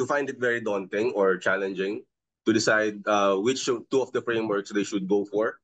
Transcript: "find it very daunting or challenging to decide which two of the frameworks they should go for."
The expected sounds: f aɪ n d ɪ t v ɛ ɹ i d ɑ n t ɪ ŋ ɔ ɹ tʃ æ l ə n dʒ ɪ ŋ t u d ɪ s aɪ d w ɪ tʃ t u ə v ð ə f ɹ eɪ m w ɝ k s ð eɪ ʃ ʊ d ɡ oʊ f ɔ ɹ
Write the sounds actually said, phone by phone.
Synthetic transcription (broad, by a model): f aɪ n d ɪ t v ɛ ɹ i d ɑ n t ɪ ŋ ɔ ɹ tʃ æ l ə n dʒ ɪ ŋ t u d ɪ s aɪ d w ɪ tʃ t u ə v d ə f ɹ eɪ m w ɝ k s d eɪ ʃ ʊ d ɡ oʊ f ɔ ɹ